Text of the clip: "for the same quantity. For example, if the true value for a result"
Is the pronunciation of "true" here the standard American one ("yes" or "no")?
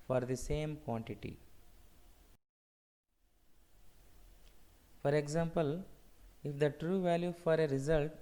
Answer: yes